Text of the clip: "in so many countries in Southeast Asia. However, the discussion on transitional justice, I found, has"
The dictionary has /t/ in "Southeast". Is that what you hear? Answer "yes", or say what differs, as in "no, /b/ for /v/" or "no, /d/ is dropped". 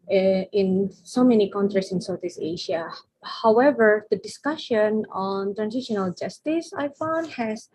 no, /t/ is dropped